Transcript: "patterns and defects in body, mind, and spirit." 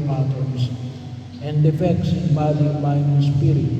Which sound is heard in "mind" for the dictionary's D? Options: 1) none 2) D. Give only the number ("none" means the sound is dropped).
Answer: 1